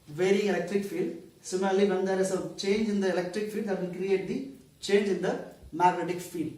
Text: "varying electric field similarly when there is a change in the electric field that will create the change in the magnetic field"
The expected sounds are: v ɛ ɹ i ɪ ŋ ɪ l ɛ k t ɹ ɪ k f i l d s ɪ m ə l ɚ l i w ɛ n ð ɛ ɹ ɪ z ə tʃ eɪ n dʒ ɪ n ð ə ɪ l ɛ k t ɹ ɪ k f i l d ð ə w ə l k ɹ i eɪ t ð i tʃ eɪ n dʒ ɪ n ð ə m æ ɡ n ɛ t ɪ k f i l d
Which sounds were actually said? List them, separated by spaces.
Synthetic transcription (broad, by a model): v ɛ ɹ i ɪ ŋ ɪ l ɛ k t ɹ ɪ k f i l d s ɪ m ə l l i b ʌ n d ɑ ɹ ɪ s ə tʃ eɪ n dʒ ɪ n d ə ɪ l ɛ k t ɹ ɪ k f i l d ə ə n k ɹ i eɪ t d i tʃ eɪ n dʒ ɪ n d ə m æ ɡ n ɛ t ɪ k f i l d